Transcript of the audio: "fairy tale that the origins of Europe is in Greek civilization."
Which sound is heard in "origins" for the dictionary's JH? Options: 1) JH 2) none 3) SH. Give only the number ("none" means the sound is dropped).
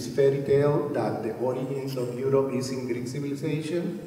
2